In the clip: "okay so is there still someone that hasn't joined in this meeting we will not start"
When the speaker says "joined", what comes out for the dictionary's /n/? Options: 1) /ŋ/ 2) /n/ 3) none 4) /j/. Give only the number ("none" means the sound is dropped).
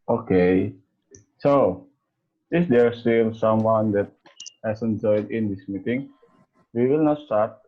3